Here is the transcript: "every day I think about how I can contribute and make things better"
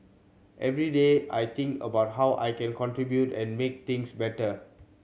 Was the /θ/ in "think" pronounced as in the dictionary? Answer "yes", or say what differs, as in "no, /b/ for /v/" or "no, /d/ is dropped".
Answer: no, /t/ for /θ/